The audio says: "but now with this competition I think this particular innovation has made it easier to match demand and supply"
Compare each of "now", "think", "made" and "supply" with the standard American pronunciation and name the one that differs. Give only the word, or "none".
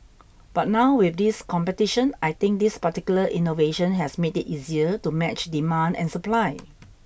think